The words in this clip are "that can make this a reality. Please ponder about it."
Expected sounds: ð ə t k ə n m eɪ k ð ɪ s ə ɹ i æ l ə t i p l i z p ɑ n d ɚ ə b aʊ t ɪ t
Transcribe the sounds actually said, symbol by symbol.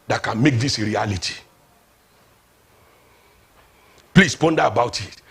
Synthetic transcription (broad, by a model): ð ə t k ə n m eɪ k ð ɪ s ɹ i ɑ l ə t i p l i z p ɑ n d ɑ ə b aʊ t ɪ t